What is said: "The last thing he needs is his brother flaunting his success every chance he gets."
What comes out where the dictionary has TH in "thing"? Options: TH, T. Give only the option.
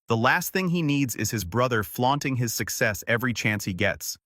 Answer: TH